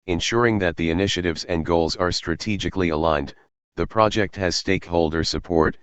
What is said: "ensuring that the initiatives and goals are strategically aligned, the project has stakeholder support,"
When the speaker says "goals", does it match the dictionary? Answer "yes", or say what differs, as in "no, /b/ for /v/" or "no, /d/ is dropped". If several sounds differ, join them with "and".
yes